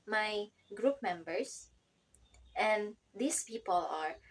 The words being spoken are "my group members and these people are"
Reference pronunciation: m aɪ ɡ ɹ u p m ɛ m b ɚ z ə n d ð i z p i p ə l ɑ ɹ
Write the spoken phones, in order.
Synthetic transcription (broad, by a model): m aɪ ɡ ɹ u p m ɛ m b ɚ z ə n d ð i s p i p ə l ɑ ɹ